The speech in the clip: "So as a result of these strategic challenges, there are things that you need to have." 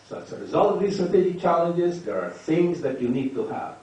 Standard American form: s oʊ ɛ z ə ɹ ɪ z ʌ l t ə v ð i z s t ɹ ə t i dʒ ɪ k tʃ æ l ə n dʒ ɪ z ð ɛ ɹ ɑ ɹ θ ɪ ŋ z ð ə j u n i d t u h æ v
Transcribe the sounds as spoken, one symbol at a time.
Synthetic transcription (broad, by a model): s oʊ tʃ ə ɹ ɪ z ʌ l t ə v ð i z s t ɹ ə t i dʒ ɪ k tʃ æ l ə n dʒ ɪ z ð ɛ ɹ ɑ ɹ θ ɪ ŋ z ð ə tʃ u n i d t u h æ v